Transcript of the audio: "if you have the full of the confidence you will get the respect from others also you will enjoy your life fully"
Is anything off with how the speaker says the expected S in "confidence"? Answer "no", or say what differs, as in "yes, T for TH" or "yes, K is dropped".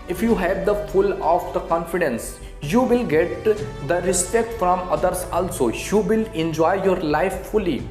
no